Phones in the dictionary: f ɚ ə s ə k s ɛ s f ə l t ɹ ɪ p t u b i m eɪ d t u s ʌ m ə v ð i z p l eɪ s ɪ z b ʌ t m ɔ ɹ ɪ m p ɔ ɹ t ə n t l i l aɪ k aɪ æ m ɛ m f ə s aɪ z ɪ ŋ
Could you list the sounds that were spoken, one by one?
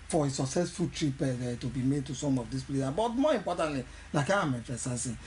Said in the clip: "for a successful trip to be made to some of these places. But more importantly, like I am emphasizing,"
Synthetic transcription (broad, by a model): f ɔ ə s ə k s ɛ s f ə l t ɹ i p t u b i m eɪ d t u s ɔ m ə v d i s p l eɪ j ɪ b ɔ t m ɔ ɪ m p ɔ t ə n t l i l aɪ k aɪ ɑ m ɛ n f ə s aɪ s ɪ